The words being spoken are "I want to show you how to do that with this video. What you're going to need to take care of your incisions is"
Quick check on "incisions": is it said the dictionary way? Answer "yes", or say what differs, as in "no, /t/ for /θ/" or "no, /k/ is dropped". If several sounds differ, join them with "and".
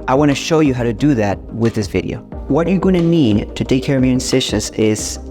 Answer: no, /ʃ/ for /ʒ/